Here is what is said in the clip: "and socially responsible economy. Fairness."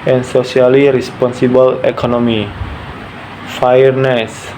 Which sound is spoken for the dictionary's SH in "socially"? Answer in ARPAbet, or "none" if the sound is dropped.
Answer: S